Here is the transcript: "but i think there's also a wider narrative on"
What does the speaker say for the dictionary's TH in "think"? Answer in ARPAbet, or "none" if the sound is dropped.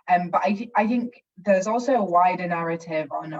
TH